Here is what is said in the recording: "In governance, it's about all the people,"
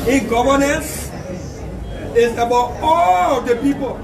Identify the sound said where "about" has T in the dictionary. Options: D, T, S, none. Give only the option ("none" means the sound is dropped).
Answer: none